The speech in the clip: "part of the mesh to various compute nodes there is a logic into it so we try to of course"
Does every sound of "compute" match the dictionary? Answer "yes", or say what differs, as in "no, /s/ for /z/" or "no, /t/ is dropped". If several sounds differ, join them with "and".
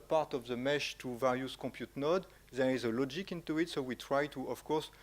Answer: no, /m/ is dropped